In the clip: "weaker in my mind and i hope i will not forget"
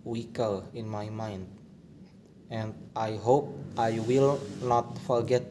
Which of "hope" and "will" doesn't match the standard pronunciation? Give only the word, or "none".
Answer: none